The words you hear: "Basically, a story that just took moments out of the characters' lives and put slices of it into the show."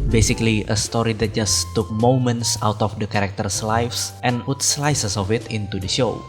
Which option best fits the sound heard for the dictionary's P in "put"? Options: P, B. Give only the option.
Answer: P